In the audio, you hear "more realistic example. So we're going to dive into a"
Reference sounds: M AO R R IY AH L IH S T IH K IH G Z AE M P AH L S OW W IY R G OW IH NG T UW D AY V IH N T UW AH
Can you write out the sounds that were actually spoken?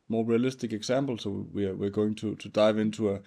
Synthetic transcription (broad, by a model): M AO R R IY AH L IH S T IH K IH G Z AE M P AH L S OW W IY W G OW IH NG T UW D AY V IH N T UW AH